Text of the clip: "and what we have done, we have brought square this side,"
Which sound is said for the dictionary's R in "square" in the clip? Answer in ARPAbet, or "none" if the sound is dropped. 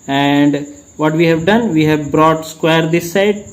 R